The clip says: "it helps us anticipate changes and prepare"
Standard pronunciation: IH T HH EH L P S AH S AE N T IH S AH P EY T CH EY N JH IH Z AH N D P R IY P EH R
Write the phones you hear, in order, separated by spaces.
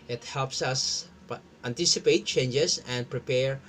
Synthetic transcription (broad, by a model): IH T HH EH L P S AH S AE N T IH S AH P EY T CH EY N JH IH S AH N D P R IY P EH R